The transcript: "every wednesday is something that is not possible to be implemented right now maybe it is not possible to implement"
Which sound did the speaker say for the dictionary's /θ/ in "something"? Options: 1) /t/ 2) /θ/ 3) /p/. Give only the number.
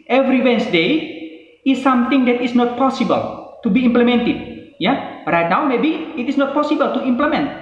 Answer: 1